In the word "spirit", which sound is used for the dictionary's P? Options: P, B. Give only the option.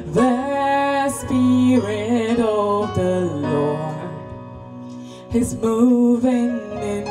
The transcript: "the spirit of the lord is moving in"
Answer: P